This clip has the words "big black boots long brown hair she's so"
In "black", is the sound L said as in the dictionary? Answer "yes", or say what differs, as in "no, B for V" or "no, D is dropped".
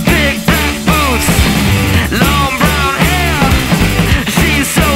no, L is dropped